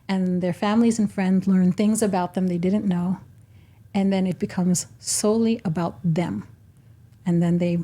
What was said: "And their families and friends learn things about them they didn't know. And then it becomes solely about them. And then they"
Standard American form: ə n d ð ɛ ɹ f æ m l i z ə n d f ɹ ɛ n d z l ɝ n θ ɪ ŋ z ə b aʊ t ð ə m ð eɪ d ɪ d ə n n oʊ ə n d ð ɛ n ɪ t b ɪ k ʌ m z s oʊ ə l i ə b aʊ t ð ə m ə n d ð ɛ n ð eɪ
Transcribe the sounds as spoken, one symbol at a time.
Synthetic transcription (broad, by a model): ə n ð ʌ ɹ f æ m l i z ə n f ɹ ɛ n d z l ɝ n θ ɪ ŋ z ə b aʊ t ð ə m ð eɪ d ɪ d n n oʊ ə n ð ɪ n ɪ t b ɪ k ʌ m z s oʊ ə l i ə b aʊ t ð ə m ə n ð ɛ n ð eɪ